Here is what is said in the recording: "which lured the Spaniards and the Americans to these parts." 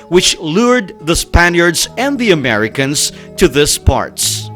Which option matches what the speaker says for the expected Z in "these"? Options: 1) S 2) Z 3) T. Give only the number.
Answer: 1